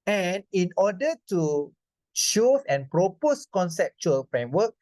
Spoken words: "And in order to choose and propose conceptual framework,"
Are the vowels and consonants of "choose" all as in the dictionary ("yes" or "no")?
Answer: no